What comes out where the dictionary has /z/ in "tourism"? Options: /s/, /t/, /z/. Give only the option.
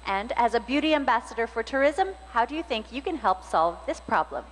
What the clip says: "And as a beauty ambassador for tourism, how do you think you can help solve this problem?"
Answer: /z/